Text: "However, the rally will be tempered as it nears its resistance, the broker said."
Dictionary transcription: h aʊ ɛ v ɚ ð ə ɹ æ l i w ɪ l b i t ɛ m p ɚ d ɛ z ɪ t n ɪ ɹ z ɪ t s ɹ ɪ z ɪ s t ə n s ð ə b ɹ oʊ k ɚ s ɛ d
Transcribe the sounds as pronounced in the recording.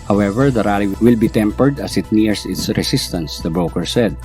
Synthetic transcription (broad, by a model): h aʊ ɛ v ɚ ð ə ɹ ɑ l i w ɪ l b i t ɛ m p ɚ d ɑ s ɪ t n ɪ ɹ s ɪ t s ɹ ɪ s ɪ s t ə n s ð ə b ɹ oʊ k ɚ s ɛ d